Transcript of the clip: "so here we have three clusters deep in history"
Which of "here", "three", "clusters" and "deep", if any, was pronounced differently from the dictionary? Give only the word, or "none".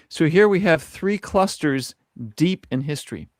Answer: none